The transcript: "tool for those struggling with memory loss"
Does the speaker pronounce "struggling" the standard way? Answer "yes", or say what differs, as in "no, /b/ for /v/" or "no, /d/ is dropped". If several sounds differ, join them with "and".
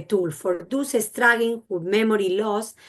no, /l/ is dropped